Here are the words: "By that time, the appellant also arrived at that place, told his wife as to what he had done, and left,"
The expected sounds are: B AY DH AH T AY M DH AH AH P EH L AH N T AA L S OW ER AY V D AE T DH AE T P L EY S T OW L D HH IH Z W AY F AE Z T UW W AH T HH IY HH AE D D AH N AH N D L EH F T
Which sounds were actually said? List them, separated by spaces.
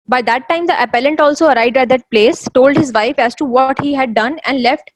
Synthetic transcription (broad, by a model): B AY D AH T AY M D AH AH P EH L AH N T AA L S OW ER AY D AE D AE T P L EY S T OW L D HH IH Z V AY F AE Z T UW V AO T HH IY HH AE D D AH N AH N D L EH F T